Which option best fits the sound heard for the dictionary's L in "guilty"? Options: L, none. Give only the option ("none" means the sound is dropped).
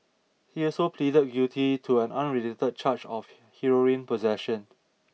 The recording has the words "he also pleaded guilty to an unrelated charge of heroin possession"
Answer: none